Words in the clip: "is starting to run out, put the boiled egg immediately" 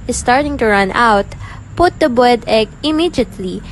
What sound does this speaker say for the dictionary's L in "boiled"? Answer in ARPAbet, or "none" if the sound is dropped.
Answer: none